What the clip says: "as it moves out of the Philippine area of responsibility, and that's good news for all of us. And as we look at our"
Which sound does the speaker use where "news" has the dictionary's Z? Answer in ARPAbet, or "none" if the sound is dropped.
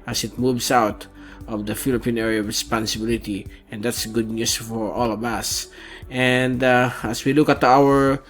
S